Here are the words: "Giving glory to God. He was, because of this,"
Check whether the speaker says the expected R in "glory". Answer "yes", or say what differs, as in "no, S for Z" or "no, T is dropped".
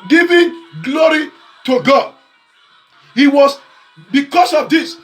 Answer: yes